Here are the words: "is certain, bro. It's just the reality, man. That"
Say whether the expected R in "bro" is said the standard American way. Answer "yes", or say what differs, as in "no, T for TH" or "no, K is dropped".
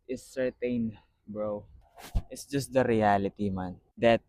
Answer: yes